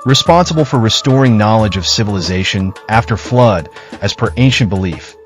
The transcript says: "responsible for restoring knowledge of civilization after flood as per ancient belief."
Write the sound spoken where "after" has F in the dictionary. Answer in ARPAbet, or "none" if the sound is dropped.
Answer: F